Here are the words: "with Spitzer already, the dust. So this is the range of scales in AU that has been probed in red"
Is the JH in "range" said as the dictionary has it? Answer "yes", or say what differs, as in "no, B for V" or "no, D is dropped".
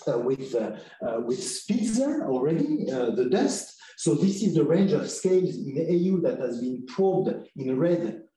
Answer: yes